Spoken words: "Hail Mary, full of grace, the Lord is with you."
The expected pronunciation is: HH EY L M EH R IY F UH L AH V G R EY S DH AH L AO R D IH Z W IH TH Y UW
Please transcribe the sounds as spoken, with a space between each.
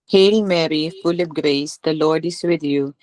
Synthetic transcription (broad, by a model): HH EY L M EH R IY F UH L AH P G R EY S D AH L AO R D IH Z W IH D Y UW